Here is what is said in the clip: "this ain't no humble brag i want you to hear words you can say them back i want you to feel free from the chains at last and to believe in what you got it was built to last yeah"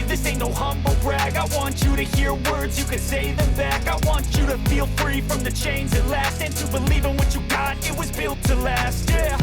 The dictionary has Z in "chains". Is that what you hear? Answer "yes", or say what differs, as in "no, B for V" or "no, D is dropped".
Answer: yes